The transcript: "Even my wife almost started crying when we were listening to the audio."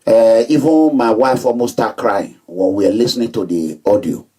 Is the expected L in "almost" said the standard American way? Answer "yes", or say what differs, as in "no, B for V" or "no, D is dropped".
no, L is dropped